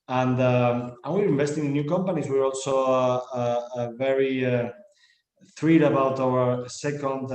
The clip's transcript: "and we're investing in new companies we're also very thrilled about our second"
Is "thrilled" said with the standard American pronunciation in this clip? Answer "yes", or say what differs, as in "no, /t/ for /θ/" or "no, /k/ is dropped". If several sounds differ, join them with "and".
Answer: no, /l/ is dropped